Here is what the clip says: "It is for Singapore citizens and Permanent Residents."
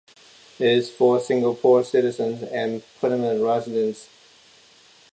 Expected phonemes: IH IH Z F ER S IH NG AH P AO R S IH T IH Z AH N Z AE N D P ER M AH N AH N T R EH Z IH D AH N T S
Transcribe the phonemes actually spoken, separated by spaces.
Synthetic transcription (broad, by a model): IH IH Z F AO S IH NG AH P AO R S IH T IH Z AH N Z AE N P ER AH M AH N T R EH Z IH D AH N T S